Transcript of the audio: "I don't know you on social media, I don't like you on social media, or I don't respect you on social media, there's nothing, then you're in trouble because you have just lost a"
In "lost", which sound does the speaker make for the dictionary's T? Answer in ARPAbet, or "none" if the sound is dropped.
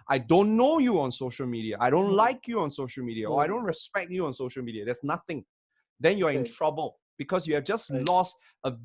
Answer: T